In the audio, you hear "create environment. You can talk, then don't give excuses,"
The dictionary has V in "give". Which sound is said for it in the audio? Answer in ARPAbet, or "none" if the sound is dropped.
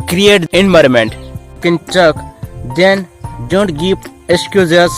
P